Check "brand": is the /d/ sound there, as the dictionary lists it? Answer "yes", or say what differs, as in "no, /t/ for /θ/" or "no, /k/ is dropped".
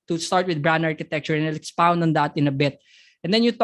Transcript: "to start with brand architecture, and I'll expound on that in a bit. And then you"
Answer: no, /d/ is dropped